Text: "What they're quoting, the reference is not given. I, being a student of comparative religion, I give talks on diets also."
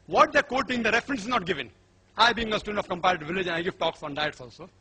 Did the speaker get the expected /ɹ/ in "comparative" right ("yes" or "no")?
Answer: no